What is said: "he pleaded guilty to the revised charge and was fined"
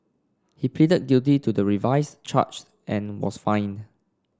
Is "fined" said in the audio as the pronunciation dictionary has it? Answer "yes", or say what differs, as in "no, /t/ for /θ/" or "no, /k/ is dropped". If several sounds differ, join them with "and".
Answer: no, /d/ is dropped